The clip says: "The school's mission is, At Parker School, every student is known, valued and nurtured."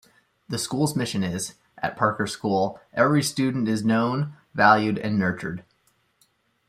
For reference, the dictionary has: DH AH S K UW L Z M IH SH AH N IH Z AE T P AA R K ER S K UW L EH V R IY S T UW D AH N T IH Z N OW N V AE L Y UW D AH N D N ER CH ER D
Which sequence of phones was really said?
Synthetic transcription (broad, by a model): DH AH S K UW L Z M IH SH AH N IH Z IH T P AA R K ER S K UW L EH V R IY S T UW D N T IH Z N OW N V AE L Y UW D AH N N ER CH ER D